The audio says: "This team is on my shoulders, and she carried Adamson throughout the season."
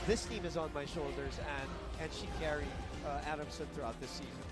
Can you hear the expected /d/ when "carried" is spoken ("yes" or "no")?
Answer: no